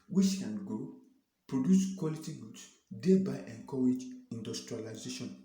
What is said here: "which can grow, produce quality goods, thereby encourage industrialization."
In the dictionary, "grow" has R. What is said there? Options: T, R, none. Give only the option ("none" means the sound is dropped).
none